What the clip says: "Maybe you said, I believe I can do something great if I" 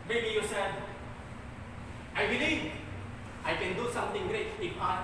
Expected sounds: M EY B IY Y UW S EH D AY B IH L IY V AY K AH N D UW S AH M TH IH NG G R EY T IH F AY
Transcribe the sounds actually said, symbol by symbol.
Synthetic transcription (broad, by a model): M EY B IY Y UW S EH D AY B IH L IY V AY K AH N D UW S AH M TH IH NG G R EY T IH P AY